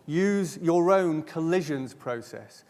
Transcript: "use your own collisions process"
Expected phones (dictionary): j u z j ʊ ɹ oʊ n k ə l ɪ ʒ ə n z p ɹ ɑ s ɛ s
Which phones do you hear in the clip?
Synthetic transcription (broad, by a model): j u z j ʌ ɹ oʊ n k ə l ɪ ʒ ə n z p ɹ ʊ s ɛ s